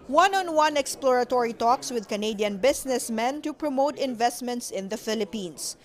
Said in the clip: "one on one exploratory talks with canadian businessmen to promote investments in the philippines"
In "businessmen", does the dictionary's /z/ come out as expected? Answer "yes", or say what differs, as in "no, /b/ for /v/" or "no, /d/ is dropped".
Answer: no, /s/ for /z/